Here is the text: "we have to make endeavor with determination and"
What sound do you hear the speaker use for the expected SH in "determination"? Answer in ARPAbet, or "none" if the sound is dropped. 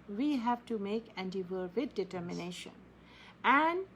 SH